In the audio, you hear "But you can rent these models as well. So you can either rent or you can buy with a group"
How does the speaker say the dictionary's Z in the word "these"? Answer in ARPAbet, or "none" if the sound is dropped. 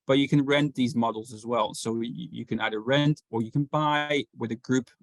Z